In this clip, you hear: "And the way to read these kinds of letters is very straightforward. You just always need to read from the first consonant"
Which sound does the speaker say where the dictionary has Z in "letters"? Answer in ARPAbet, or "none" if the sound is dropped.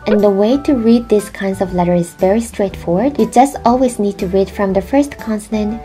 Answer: none